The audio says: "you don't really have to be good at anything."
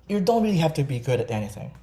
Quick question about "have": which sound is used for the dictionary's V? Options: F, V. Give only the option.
F